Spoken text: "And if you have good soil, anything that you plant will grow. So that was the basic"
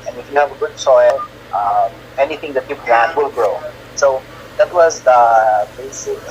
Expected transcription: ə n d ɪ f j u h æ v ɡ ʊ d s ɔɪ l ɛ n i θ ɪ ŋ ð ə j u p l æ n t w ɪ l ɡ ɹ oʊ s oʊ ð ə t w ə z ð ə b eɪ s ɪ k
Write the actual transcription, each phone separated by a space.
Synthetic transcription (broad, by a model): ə n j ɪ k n h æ v ɡ ʊ d s ɔɪ l ɛ n i θ ɪ ŋ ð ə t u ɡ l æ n w ɪ l ɡ ɹ oʊ s oʊ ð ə t w ə z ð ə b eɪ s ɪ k